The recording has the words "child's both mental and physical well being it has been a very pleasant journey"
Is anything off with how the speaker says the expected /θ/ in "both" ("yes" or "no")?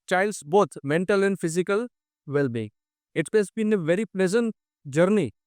yes